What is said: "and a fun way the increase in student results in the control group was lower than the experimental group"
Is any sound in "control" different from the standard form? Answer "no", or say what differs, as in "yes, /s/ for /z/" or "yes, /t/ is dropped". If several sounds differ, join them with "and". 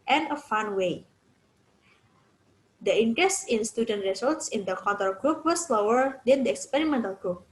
yes, /ɹ/ is dropped